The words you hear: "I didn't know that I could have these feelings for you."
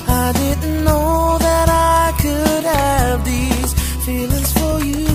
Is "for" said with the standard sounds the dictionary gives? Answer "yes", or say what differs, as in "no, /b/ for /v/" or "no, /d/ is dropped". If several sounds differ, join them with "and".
yes